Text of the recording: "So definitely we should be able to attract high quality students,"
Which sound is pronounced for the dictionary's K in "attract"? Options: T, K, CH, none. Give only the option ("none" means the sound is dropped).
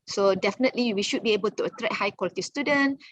none